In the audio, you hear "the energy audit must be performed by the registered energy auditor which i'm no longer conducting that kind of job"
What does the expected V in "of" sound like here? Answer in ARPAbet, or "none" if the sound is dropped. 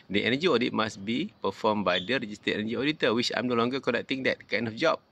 F